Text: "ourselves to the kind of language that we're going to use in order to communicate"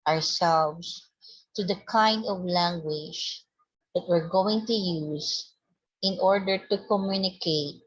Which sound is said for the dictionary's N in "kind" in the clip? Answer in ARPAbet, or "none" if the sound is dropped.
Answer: N